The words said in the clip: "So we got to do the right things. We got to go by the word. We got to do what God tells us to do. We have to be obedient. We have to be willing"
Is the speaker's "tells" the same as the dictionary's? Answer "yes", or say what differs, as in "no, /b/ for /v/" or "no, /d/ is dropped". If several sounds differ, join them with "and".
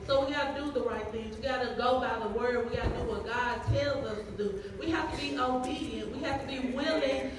yes